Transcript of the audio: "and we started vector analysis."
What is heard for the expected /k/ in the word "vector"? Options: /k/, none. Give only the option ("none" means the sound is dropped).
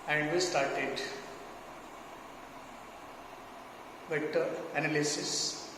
none